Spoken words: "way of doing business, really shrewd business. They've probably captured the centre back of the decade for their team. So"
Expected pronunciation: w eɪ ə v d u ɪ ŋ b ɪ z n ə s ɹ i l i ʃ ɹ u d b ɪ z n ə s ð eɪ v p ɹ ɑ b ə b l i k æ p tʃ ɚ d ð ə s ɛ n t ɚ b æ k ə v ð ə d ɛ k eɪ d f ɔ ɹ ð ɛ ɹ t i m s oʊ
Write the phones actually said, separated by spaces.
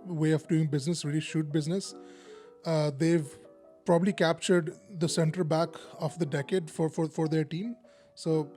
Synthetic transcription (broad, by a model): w eɪ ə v d u ɪ ŋ b ɪ z n ə s ɹ i l i ʃ u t b ɪ z n ə s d eɪ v p ɹ ɑ b ə b l i k æ p tʃ ɚ d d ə s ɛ n t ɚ b æ k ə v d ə d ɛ k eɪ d f ɔ ɹ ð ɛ ɹ t i m s oʊ